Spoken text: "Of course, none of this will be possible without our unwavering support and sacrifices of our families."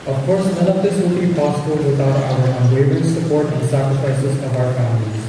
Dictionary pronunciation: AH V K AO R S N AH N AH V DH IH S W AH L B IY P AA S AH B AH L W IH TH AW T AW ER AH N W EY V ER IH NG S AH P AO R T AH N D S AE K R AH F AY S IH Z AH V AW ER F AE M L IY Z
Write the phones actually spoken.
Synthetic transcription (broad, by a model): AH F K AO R S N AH L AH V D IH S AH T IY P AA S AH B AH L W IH T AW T AW ER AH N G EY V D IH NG S AH P AO R T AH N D S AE K R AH F AY S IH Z AH V AW ER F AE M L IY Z